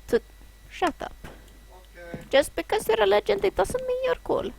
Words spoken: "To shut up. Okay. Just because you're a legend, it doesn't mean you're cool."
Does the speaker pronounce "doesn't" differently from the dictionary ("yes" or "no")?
yes